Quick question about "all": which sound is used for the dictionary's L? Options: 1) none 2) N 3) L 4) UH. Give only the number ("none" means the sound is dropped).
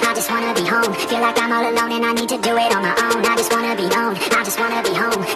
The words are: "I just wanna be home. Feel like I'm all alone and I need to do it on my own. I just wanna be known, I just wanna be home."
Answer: 3